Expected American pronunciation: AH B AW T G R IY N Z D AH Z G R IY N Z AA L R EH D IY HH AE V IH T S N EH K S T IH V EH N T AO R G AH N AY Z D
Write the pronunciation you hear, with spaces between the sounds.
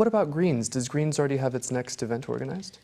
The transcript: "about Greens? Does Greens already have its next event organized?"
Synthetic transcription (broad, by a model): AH B AW T G R IY N Z D AH Z G R IY N Z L R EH D IY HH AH V IH T S N EH K S T IH V EH N T AO R G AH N AY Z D